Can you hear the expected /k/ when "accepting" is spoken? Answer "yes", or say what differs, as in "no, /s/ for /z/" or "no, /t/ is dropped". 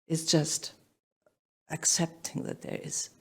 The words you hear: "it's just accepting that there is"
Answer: yes